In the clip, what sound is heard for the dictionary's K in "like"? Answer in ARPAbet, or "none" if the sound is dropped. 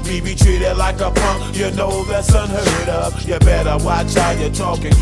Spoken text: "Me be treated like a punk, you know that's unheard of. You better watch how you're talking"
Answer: K